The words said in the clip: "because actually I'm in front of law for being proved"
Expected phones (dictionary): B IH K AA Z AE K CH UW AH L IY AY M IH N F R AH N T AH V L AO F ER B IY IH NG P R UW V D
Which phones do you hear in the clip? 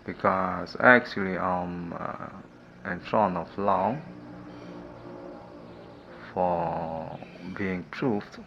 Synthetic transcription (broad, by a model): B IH K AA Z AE K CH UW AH L IY AY M IH N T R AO N AH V L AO F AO B IY IH NG P R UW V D